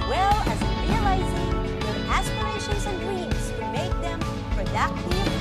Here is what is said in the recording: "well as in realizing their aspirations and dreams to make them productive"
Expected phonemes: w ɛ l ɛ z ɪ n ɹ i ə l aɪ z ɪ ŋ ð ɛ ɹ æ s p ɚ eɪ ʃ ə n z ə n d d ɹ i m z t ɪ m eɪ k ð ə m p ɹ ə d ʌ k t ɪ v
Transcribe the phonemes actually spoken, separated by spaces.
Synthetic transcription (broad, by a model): w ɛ l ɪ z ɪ ɹ i ə l aɪ z ɪ ŋ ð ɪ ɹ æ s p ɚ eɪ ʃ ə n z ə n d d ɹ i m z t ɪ m eɪ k ð ə m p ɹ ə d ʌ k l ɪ